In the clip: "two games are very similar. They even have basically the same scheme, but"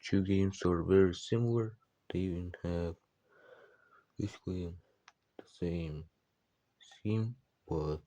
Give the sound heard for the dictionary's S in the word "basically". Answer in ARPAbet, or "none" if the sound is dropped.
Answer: none